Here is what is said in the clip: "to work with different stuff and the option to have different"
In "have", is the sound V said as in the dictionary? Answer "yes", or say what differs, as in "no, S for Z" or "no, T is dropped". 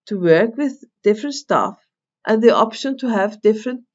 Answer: yes